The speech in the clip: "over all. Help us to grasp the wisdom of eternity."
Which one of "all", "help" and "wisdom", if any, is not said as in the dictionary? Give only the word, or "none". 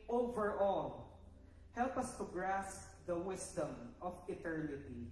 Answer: wisdom